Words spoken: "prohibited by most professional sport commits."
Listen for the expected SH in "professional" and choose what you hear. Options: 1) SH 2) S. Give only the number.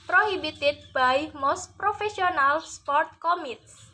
2